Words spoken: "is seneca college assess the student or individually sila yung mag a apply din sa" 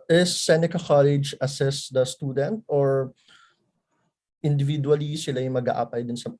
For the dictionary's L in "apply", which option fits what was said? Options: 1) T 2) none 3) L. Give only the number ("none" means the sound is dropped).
2